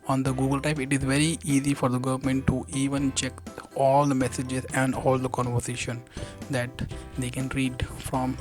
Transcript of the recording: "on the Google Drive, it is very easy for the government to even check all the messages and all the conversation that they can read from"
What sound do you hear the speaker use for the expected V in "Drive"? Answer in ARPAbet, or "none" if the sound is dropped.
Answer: P